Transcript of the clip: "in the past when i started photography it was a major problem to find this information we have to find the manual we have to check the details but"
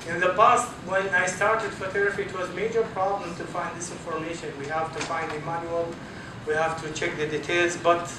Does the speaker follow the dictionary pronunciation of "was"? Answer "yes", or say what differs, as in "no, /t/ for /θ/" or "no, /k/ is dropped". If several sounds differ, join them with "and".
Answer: yes